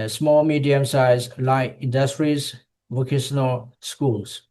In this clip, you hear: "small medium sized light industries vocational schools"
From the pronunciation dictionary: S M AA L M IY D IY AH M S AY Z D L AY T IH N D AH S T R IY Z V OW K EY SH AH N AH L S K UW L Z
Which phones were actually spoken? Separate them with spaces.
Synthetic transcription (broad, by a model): S M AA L M IY D IY AH M S AY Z L AY IH N D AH S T R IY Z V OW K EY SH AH N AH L S K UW L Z